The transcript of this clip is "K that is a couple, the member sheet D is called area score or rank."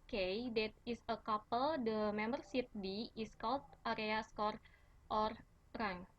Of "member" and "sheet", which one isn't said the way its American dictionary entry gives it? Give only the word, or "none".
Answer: sheet